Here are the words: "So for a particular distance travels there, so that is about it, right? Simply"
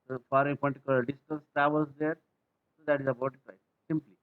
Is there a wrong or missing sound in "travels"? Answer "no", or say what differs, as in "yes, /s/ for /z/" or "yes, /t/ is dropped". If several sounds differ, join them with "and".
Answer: yes, /ɹ/ is dropped